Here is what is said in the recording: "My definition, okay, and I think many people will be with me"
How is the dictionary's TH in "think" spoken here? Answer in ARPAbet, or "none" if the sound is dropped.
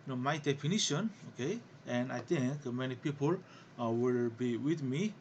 T